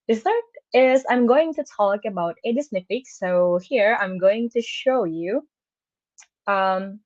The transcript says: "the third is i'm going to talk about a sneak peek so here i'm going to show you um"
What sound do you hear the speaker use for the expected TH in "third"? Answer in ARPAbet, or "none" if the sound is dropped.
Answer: S